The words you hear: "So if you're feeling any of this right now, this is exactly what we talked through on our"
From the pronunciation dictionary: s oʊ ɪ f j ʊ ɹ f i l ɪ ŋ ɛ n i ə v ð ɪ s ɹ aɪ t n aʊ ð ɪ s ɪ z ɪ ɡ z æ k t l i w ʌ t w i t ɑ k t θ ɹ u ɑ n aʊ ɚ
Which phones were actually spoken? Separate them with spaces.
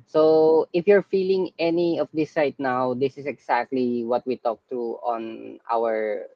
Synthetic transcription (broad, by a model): s oʊ ɪ f j ʊ ɹ f i l ɪ ŋ ɛ n i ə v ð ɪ s aɪ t n aʊ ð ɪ s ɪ s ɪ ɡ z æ k t l i w ʌ t w i t ɑ k t ɹ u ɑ n aʊ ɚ